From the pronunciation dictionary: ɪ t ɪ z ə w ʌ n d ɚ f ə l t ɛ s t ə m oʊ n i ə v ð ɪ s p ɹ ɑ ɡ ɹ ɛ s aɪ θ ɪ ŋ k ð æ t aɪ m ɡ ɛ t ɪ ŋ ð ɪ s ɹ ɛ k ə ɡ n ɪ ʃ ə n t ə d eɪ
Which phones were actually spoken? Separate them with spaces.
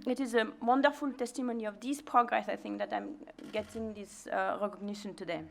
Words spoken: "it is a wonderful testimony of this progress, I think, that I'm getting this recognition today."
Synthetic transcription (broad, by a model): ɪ t ɪ z ə w ʌ n d ɚ f ə l t ɛ s t ə m oʊ n i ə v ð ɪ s p ɹ ɑ ɡ ɹ ɛ s aɪ θ ɪ ŋ k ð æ t aɪ m ɡ ɛ t ɪ ŋ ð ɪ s ɹ ɛ k ə ɡ n ɪ ʃ ə n t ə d eɪ